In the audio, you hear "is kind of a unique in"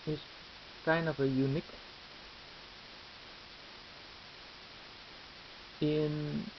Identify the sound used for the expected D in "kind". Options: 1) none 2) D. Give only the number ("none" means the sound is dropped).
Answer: 1